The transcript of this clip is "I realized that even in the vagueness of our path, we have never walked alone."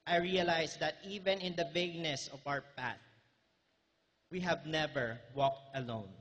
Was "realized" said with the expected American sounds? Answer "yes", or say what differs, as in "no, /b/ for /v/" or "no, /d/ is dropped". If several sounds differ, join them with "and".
no, /s/ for /z/